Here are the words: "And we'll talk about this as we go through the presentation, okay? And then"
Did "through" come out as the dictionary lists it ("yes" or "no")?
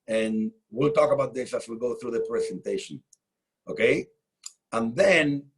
yes